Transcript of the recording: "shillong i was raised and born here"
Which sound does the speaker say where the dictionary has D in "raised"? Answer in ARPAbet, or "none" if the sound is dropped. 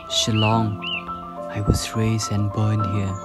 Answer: none